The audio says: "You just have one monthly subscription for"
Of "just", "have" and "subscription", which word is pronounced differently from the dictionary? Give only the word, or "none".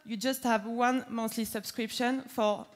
none